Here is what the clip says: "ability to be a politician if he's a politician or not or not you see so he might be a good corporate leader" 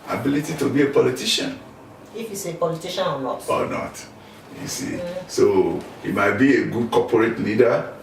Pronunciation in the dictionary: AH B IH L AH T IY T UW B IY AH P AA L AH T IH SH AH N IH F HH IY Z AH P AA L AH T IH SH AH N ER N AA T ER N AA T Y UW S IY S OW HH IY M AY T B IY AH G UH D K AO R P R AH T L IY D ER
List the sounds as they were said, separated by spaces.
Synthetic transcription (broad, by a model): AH B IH L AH T IY T UW B IY AH P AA L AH T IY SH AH N IH F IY S AH P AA L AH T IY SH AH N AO L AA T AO N AA T Y UW S IY S OW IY M AY T B IY AH G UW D K AO P R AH T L IY D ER